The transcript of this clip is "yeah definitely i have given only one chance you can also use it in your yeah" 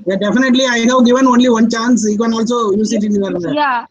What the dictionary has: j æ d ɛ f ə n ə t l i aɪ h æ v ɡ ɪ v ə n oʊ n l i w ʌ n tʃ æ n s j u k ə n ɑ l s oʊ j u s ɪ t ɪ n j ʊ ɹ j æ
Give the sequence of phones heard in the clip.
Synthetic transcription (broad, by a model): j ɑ d ɛ f ə n ə t l i aɪ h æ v ɡ ɪ v ə n oʊ n l i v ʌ n tʃ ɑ n s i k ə n ɑ l s oʊ j u s ɪ t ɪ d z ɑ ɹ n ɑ